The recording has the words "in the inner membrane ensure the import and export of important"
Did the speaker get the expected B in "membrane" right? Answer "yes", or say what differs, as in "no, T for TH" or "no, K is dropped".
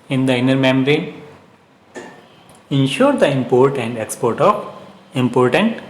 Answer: no, B is dropped